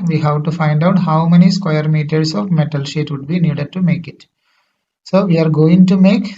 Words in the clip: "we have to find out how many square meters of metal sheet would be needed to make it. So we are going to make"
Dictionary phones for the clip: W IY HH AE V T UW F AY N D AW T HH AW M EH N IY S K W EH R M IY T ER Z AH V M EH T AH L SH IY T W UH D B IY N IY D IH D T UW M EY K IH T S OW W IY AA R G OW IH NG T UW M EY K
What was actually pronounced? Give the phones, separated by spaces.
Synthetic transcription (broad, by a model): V IY HH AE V T UW F AY N D AW T HH AW M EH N IY S K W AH R M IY T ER S AH V M EH T AH L SH IY T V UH D B IY N IY D IH D T UW M EY K IH T S OW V IY AA R G OW IH NG T UW M EY K